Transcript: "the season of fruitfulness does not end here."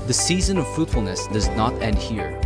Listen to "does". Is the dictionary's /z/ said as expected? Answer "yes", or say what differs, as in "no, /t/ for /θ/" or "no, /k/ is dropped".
yes